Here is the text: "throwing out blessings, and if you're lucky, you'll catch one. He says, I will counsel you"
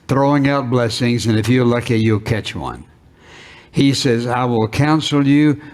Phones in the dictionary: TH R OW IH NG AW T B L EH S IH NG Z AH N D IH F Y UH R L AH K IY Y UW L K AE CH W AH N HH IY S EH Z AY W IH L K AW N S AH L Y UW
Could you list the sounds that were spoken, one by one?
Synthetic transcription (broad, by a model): TH R OW IH NG AW T B L EH S IH NG Z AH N IH F Y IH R L AH K IY Y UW L K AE CH W AH N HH IY S EH Z AY W IH L K AW N S L Y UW